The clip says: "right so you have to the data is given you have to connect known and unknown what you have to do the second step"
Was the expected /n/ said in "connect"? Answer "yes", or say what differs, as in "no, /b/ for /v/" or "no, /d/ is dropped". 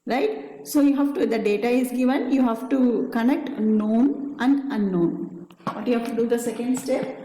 yes